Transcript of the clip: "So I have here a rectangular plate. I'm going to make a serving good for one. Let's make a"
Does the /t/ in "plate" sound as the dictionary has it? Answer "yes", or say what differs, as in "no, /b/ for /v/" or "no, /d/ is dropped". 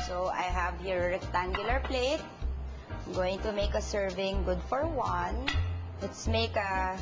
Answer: no, /t/ is dropped